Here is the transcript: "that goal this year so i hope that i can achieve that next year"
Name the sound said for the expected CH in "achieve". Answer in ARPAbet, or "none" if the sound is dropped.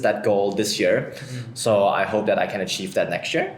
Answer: CH